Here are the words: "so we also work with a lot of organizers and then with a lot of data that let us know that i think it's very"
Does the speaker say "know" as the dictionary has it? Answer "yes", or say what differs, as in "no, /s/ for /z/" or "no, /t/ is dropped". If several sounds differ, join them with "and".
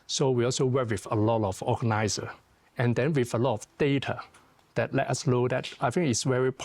no, /l/ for /n/